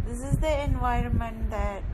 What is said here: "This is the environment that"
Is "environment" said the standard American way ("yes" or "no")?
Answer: yes